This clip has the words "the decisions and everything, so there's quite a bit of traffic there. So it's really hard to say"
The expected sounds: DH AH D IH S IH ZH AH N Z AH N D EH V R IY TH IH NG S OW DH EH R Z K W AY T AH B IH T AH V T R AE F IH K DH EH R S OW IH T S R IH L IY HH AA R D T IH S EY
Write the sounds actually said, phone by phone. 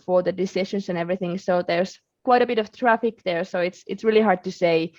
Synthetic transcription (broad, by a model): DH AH D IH S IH SH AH N S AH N EH V R IY TH IH NG S OW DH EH R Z K W AY T AH B IH T AH V T R AE F IH K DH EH R S OW IH T S R IH L IY HH AA R D T IH S EY